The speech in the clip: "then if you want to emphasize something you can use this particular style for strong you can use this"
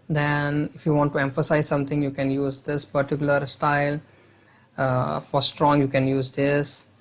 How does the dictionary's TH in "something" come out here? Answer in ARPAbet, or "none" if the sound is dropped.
T